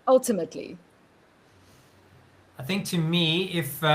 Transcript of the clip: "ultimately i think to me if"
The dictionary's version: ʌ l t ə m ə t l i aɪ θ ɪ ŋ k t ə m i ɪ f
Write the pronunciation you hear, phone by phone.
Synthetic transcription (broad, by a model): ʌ l t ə m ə t l i aɪ θ ɪ ŋ k t ə m i ɪ f